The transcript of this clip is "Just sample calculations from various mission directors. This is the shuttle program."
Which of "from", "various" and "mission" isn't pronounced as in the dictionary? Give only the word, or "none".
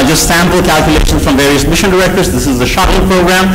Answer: none